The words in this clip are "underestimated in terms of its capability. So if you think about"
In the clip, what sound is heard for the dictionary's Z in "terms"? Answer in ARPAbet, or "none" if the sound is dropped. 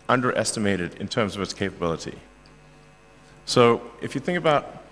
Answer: Z